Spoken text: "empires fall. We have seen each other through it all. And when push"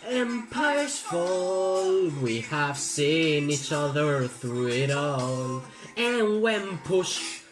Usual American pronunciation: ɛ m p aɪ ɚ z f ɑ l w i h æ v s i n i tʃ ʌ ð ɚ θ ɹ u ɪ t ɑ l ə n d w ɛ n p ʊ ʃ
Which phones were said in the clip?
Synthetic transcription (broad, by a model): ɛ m p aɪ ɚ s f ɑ l w i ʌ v s i n i tʃ ʌ ð ɚ θ ɹ u ɪ t ɑ l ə n w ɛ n p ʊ ʃ